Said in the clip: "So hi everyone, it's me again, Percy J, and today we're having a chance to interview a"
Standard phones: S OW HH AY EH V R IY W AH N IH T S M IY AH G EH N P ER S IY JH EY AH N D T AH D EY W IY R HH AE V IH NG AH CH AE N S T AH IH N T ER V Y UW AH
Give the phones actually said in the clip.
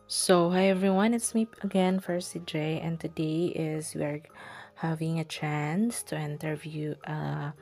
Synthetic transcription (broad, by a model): S OW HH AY EH V R IY W AH N IH T S M IY AH G EH N F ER S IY JH EY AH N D T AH D EY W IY R HH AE V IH NG AH CH AE N S T AH IH N T ER V Y UW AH